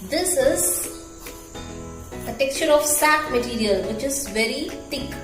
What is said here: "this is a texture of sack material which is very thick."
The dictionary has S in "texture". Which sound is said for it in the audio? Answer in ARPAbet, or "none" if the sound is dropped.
S